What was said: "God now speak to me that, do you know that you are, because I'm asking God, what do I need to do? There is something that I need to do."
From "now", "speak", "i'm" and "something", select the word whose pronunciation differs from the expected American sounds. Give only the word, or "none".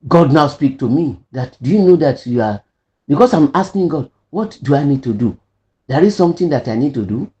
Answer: something